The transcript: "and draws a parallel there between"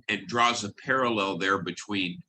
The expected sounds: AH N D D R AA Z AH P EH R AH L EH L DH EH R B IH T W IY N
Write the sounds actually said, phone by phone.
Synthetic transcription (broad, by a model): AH N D D R AA Z AH P EH R AH L EH L DH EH R B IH T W IY N